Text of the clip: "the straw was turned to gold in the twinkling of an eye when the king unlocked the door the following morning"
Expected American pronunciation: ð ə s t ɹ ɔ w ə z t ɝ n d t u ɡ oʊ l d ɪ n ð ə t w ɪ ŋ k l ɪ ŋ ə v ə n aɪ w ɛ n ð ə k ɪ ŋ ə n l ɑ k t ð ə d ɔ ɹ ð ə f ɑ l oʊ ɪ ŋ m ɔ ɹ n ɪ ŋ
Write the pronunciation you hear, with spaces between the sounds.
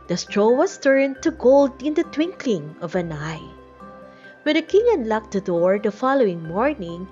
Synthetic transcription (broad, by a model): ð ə s t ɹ ɔ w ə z t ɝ n t u ɡ oʊ l d ɪ n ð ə t w ɪ ŋ k l ɪ ŋ ə v ə n aɪ w ɛ n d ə k ɪ ŋ ə n l ɑ k t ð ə d ɔ ɹ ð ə f ɑ l oʊ ɪ ŋ m ɔ ɹ n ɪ ŋ